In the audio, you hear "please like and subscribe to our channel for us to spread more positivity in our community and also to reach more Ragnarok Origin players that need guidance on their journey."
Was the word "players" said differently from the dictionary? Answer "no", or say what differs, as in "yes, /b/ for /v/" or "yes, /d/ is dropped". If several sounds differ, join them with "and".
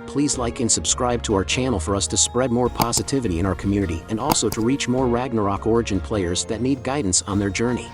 no